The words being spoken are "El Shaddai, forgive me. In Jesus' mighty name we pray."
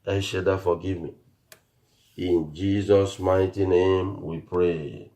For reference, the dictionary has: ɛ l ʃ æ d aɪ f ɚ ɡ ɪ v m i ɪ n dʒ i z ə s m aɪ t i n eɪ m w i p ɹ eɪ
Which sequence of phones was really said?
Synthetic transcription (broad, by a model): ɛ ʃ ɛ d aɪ f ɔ ɡ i v m i ɪ n dʒ i z ə s m aɪ t i n eɪ m w i p ɹ eɪ